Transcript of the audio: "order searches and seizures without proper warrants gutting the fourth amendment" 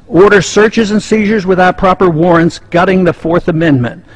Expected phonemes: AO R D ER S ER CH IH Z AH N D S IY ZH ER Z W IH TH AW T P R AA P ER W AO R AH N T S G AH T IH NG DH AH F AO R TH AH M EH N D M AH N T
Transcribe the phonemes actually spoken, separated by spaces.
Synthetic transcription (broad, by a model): AO R D ER S ER CH IH Z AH N S IY ZH ER Z W IH TH AW T P R AA P ER W AO R AH N T S G AH T IH NG DH AH F AO R TH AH M EH N M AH N T